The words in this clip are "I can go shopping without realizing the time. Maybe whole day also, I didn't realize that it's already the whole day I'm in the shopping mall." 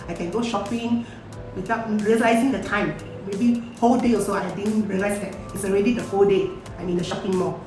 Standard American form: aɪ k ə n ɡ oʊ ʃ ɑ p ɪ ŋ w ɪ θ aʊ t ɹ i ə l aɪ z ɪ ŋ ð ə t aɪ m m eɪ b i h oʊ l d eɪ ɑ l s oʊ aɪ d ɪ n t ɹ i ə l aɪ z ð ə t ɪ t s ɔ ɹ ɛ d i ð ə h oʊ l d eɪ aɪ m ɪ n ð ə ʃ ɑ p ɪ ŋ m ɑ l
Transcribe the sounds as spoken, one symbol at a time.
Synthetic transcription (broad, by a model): aɪ k ə n ɡ oʊ ʃ ɑ p ɪ ŋ w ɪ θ aʊ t ɹ i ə l aɪ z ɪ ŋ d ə t aɪ m m eɪ b i h oʊ l d eɪ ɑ s oʊ aɪ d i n ɹ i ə l aɪ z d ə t ɪ t s ɔ ɹ ɛ d i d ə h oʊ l d eɪ aɪ m ɪ n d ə ʃ ɑ p ɪ ŋ m ɑ